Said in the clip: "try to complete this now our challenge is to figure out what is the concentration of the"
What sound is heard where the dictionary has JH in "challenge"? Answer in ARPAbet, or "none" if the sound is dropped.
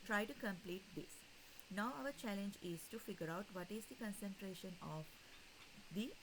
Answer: JH